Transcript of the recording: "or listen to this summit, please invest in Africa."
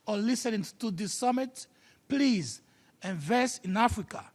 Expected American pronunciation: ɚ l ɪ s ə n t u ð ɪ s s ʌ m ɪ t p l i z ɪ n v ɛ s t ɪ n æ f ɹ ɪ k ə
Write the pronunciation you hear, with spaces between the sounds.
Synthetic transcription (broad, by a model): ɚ l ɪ s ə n t u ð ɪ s s ʌ m ɪ t p l i z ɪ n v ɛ s ɪ n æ f ɹ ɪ k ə